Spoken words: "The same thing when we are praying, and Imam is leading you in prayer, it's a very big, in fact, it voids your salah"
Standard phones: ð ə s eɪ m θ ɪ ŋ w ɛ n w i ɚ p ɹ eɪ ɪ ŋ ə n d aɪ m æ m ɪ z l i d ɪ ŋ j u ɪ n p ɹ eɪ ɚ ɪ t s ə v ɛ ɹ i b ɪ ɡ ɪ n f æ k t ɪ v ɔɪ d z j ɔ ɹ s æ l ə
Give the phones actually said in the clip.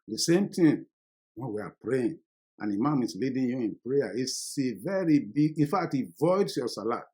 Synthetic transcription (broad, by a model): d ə s eɪ m t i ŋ w ɛ n w i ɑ p ɹ eɪ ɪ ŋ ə n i m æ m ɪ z l i d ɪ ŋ j u ɪ n p ɹ eɪ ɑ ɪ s ə v ɛ ɹ i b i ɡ ɪ n f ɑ k t ɪ v ɔɪ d s j ɔ s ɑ l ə